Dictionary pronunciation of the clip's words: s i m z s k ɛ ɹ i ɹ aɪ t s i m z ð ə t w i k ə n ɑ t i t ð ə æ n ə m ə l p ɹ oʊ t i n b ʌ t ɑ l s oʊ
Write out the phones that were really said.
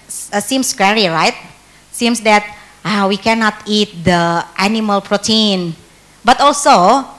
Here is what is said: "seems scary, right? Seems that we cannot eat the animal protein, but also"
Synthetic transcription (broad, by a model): s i m s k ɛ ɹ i ɹ aɪ t s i m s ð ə t w i k ə n ɑ t i t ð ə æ n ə m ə l p ɹ oʊ t i n b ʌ t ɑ l s oʊ